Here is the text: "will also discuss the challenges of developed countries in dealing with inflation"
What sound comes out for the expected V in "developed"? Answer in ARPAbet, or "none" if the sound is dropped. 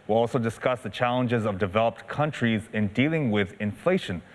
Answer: V